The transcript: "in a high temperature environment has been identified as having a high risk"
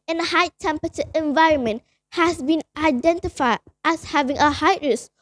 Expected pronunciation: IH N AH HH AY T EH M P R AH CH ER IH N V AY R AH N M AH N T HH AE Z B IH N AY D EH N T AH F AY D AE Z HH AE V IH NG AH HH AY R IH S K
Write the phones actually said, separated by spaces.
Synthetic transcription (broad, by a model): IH N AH HH AY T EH M P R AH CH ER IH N V AY R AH N M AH N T HH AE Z B IH N AY D EH N T AH F AY D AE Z HH AE V IH NG AH HH AY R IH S